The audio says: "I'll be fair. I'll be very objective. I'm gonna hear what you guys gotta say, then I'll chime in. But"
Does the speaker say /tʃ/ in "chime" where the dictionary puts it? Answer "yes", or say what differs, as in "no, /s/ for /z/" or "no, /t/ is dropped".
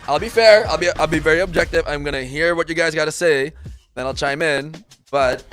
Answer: yes